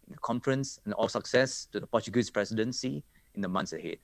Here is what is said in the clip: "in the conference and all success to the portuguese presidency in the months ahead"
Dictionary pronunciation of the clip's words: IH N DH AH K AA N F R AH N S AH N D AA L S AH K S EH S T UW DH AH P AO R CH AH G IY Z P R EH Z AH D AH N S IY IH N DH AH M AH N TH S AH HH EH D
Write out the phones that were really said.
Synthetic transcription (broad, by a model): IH N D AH K AA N F R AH N S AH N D AA L S AH K S EH S T UW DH AH P AO CH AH G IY S P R EH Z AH D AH N S IY IH N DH AH M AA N S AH HH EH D